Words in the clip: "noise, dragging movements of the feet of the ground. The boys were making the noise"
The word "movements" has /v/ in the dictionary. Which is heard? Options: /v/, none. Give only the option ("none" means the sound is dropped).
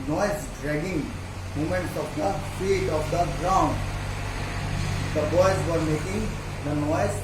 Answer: none